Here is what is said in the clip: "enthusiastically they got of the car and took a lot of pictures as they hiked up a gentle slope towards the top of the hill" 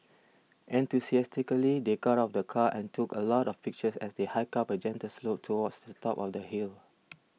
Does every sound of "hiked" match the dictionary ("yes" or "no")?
no